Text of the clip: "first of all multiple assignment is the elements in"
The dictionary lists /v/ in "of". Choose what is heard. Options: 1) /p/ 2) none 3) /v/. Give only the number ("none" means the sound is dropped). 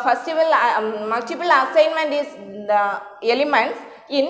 3